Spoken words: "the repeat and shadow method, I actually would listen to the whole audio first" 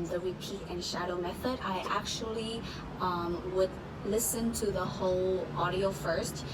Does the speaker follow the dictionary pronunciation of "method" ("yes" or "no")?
yes